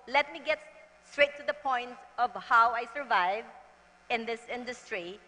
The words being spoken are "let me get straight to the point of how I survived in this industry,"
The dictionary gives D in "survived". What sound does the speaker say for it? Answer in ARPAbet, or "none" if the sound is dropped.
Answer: none